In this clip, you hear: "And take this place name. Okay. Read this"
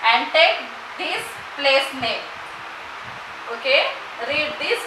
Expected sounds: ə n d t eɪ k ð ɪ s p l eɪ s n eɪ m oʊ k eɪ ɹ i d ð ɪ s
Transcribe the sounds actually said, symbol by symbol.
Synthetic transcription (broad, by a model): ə n d t eɪ k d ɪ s p l eɪ s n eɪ oʊ k eɪ ɹ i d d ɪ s